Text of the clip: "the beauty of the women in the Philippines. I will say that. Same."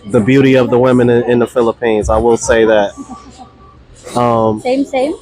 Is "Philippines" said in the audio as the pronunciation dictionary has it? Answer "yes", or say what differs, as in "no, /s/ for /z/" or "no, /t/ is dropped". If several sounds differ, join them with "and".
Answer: yes